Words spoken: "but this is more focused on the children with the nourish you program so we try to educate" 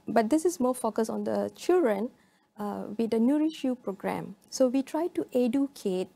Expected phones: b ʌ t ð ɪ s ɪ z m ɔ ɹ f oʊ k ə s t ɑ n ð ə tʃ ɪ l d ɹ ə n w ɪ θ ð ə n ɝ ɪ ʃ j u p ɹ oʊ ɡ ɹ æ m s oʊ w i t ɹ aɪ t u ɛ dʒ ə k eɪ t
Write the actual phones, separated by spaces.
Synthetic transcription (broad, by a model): b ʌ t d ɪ s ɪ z m ɔ f oʊ k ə s ɑ n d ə tʃ ɪ l d ɹ ə n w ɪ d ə n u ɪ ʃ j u p ɹ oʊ ɡ ɹ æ m s oʊ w i t ɹ aɪ t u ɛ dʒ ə k eɪ t